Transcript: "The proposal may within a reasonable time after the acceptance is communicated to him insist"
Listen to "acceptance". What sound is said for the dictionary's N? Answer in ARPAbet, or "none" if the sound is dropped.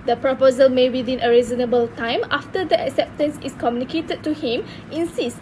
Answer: N